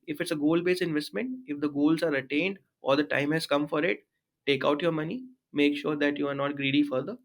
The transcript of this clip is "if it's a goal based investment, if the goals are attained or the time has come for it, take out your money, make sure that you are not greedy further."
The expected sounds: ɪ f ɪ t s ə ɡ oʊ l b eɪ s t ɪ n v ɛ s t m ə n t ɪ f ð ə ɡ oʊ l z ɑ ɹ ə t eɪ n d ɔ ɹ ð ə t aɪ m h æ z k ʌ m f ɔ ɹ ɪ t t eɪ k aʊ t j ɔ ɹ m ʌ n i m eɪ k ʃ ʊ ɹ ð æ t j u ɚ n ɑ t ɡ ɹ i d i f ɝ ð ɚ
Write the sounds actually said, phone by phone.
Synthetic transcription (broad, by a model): ɪ f ɪ t s ə ɡ oʊ l b eɪ s ɪ n v ɛ s t m ə n t ɪ f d ə ɡ oʊ l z ɑ ɹ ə t eɪ n d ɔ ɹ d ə t aɪ m h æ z k ʌ m f ɔ ɹ ɪ t t eɪ k aʊ t j ɔ ɹ m ʌ n i m eɪ k ʃ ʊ ɹ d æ t j u ɚ n ɑ t ɡ ɹ i d i f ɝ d ɚ